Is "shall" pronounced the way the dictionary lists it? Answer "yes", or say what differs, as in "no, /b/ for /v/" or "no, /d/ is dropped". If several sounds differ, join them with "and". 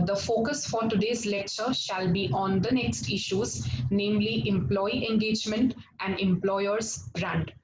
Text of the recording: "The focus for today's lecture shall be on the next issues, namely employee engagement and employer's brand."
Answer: yes